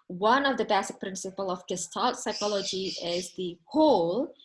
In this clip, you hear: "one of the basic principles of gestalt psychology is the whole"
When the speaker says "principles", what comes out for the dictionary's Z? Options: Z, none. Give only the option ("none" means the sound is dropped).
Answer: none